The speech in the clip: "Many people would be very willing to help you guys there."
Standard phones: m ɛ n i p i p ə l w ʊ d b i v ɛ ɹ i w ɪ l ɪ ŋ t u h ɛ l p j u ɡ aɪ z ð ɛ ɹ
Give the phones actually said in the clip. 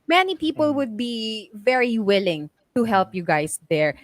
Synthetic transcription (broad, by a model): m ɛ n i p i p ə l w ʊ d b i v ɛ ɹ i w ɪ l ɪ ŋ t u h ɛ l p j u ɡ aɪ s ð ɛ ɹ